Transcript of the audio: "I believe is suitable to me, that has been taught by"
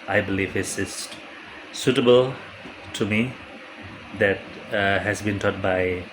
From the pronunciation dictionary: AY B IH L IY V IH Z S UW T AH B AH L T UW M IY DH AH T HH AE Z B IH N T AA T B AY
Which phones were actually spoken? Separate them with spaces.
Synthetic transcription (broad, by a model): AY B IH L IY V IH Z S UW T AH B AH L T UW M IY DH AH T HH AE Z B IH N T AA T B AY